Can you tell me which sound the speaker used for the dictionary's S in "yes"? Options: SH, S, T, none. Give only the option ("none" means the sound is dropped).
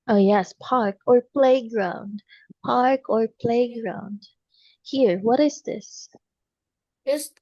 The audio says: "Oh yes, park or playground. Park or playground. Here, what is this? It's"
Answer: S